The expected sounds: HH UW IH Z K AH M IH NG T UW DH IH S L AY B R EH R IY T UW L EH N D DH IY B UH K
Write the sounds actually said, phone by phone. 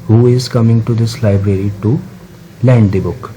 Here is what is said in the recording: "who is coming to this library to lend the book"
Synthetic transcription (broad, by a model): HH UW IH Z K AH M IH NG T UW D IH S L AY B R EH R IY T UW L EH N D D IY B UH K